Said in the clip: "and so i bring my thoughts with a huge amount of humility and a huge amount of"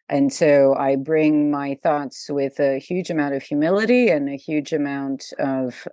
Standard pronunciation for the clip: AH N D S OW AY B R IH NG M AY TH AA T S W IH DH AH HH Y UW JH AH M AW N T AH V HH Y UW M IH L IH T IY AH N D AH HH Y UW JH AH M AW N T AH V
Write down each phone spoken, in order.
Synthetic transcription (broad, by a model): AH N S OW AY B R IH NG M AY TH AA T S W IH DH AH HH Y UW JH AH M AW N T AH V HH Y UW M IH L IH T IY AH N AH HH Y UW JH AH M AW N T AH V